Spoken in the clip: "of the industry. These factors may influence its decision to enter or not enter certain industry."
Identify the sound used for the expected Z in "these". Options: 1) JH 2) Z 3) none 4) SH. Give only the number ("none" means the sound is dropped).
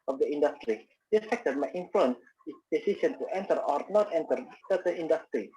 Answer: 3